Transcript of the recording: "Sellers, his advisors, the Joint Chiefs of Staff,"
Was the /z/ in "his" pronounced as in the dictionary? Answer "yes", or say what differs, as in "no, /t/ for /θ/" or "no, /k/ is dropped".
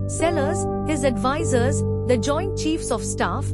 yes